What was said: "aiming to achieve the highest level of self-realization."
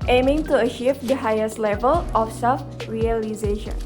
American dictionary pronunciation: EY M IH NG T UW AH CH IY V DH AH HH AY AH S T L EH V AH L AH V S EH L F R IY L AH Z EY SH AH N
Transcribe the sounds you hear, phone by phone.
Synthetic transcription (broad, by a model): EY M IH NG T UW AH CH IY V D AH HH AY AH S T L EH V AH L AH F S EH L F R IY L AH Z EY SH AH N